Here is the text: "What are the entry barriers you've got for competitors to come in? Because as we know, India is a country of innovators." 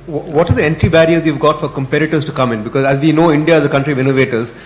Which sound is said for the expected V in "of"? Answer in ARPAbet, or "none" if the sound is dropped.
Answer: V